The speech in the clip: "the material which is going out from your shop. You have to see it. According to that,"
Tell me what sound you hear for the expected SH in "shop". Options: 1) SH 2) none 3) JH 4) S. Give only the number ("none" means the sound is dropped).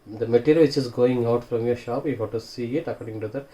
1